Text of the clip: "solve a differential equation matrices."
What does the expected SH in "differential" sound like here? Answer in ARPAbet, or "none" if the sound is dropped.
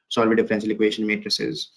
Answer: S